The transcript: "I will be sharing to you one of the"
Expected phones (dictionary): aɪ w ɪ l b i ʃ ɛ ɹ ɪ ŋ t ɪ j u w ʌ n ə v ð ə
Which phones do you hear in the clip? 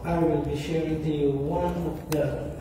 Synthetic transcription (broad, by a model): aɪ w ɪ l b i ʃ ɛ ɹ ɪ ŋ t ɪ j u w ʌ n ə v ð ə